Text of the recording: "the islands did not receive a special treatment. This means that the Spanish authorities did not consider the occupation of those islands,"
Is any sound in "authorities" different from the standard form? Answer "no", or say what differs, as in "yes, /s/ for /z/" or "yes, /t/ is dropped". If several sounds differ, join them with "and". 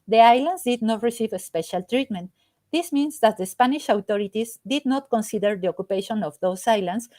yes, /t/ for /θ/